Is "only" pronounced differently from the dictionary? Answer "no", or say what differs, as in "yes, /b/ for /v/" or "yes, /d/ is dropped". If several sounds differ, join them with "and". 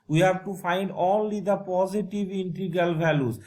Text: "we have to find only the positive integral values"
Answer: yes, /n/ is dropped